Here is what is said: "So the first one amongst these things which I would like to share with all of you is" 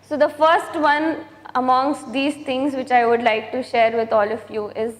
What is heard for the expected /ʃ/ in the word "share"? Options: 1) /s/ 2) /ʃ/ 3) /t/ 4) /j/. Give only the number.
2